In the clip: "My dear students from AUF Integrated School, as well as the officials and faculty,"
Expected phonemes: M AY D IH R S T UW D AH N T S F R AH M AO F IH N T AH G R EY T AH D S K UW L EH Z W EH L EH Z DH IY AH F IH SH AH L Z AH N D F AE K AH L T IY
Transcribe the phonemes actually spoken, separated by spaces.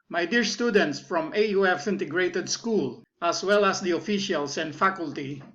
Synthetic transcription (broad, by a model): M AY D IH R S T UW D AH N T S F R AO M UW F IH N T AH G R EY T AH D S K UW L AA S W EH L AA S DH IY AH F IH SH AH L S AH N D F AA K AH L T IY